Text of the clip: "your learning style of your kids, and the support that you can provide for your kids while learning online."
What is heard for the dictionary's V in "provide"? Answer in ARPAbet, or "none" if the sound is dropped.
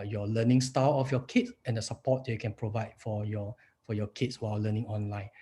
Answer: V